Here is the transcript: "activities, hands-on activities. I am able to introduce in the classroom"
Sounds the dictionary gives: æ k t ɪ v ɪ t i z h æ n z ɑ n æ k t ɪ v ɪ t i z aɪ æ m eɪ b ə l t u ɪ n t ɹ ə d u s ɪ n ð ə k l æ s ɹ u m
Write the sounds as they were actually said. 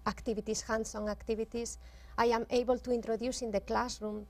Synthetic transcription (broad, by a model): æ k t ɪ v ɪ t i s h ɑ n s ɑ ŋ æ k t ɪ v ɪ t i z aɪ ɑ m eɪ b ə l t u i n t ɹ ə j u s ɪ n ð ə k l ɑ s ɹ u m